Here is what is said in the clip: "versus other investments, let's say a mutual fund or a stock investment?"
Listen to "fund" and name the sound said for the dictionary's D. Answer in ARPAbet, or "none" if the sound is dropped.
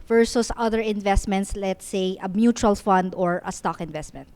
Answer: D